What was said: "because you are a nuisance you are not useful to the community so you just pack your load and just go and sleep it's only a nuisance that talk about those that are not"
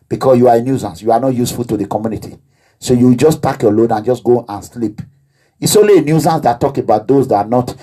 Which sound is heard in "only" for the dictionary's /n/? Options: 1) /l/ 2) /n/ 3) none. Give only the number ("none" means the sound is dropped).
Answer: 3